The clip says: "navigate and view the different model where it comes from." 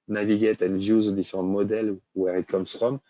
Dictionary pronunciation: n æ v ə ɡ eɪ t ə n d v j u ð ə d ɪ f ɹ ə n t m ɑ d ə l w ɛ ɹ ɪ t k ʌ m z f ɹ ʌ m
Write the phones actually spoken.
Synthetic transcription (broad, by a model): n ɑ v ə ɡ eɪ t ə n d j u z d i f ɹ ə t m ɑ d ə l w ɛ ɹ ɪ t k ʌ m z f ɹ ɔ m